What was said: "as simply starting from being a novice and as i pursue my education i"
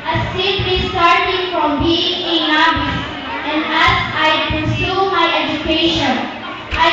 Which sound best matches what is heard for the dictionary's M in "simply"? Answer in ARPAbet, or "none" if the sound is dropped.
none